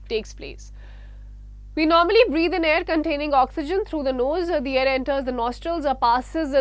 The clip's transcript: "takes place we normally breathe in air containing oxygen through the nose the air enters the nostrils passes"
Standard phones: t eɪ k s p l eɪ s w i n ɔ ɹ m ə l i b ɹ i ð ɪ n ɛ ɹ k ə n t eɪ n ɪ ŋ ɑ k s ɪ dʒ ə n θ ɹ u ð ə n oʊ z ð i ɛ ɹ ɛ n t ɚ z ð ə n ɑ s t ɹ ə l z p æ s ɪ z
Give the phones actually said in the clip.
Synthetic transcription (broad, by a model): t eɪ k s p l eɪ s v i n ɔ ɹ m ə l i b ɹ i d ɪ n ɛ ɹ k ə n t eɪ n ɪ ŋ ɑ k s ɪ dʒ ə n t ɹ u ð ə n oʊ z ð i ɛ ɹ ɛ n t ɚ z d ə n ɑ s t ɹ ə l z p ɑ s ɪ z